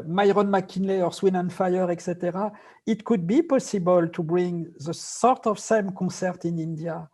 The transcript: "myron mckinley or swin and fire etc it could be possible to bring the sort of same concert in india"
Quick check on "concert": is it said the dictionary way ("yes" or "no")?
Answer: no